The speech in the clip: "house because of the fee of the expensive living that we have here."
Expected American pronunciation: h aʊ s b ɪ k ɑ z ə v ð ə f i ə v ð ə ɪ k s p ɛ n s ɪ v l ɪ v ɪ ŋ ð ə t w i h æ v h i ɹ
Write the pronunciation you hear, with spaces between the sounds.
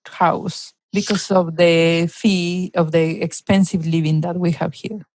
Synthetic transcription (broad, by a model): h aʊ s b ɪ k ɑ s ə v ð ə f i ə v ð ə ɪ k s p ɛ n s ɪ v l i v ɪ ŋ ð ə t w i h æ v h i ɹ